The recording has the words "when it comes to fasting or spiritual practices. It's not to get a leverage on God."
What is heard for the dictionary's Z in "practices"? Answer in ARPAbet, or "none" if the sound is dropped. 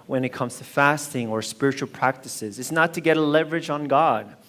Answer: Z